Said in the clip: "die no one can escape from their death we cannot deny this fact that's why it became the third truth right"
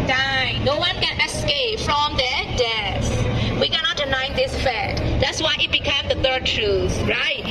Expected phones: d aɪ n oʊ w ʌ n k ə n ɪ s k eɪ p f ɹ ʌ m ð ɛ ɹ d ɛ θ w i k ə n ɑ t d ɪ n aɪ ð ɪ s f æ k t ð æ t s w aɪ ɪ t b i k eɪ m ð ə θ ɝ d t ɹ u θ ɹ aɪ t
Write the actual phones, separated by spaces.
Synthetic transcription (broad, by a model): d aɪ n oʊ w ʌ n k ə n ɪ s k eɪ p f ɹ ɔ m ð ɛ d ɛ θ w i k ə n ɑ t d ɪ n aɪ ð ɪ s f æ t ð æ t s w aɪ ɪ t b i k eɪ m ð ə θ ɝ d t ɹ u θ ɹ aɪ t